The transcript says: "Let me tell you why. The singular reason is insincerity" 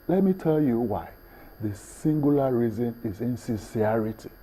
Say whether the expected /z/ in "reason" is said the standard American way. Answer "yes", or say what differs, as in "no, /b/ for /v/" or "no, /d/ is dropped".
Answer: yes